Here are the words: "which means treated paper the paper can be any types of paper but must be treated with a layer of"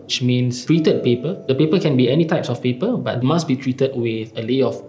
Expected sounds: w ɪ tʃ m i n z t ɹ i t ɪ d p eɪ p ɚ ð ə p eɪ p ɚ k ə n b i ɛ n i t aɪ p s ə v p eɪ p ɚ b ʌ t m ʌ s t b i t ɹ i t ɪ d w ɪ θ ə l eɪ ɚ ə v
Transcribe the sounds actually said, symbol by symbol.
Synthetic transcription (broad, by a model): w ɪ tʃ m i n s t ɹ i t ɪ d p eɪ p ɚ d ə p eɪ p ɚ k ə n b i ɛ n i t aɪ p s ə f p eɪ p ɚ b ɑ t m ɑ s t b i t ɹ i t ɪ d w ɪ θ ə l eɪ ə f